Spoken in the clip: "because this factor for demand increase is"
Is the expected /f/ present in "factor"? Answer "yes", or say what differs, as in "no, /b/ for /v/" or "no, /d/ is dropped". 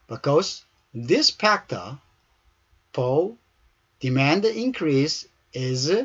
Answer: no, /p/ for /f/